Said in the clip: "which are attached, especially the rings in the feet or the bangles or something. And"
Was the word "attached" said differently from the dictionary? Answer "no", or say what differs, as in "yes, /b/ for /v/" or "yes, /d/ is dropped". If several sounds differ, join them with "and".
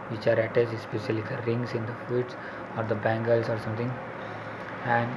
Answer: yes, /s/ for /tʃ/